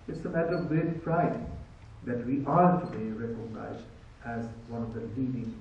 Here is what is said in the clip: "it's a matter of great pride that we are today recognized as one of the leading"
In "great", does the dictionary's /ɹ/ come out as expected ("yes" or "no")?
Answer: no